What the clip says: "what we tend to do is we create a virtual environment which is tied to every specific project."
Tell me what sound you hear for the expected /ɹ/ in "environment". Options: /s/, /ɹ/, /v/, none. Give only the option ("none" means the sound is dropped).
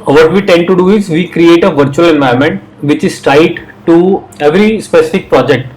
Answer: none